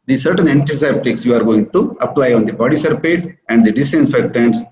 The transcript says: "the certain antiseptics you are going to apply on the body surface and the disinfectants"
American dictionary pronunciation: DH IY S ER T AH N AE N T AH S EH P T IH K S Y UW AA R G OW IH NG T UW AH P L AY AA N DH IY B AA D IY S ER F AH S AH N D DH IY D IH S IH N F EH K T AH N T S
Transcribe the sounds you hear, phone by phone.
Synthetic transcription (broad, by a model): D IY S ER T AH N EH N T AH S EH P T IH K S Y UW AA R G OW IH NG T UW AH P L AY AA N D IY B AA D IY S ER P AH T AH N D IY D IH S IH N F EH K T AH N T S